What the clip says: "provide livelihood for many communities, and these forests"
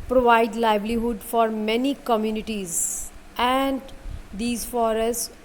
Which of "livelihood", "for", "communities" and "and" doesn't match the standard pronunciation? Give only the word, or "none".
livelihood